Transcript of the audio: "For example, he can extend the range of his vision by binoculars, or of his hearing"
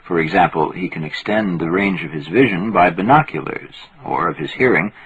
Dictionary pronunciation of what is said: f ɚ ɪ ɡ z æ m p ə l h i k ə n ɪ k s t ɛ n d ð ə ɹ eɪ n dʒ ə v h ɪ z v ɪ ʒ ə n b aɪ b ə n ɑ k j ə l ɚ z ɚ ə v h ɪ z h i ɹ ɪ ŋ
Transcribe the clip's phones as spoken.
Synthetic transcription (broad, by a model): f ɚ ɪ ɡ z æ m p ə l h i k ə n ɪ k s t ɛ n ð ə ɹ eɪ n dʒ ə v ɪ z v ɪ ʒ ə n b aɪ b ə n ɑ k j ə l ɚ z ɚ ə v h ɪ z h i ɹ ɪ ŋ